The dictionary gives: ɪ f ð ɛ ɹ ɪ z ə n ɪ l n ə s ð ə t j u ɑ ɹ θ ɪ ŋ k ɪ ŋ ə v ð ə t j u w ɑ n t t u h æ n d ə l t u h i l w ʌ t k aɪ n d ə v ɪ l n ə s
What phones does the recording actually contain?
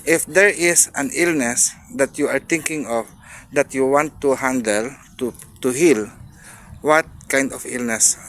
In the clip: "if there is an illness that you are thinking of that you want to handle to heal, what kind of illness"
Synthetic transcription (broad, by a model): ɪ f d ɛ ɹ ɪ s ə n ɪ l n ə s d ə t j u ɑ ɹ t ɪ ŋ k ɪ ŋ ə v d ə t j u w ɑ n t t u h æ n d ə l t u h i l w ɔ t k aɪ n d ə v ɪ l n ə s